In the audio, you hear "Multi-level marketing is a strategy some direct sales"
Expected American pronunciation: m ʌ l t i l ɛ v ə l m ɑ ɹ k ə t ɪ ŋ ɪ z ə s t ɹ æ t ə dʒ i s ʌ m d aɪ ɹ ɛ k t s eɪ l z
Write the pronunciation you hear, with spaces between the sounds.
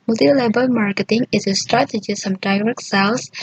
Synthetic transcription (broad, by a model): m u l t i l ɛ b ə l m ɑ ɹ k ə t ɪ ŋ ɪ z ə s t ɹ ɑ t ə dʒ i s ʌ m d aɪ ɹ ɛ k s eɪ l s